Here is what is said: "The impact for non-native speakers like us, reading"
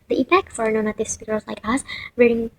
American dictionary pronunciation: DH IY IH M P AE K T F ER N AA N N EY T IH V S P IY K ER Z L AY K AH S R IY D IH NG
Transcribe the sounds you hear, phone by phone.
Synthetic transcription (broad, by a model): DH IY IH P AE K F ER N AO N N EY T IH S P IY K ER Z L AY K AH S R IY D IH NG